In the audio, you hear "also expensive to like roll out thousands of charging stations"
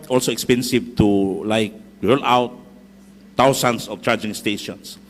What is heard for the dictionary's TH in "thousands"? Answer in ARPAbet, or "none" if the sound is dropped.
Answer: T